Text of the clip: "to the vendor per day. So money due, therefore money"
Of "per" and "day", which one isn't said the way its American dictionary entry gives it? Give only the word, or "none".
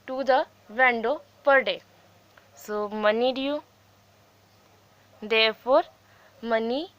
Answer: none